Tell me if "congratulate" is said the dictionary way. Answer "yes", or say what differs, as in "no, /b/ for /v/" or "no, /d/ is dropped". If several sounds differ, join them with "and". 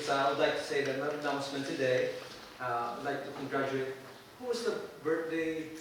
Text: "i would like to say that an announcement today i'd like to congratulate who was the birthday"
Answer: no, /l/ is dropped